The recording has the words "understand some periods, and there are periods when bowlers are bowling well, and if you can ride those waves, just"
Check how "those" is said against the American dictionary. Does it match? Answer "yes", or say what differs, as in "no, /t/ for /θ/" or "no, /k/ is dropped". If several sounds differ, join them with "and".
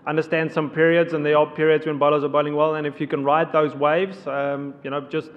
yes